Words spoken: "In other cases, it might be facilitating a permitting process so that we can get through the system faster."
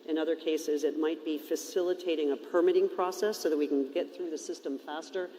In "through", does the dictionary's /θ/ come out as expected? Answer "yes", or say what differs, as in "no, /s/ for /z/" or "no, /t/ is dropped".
yes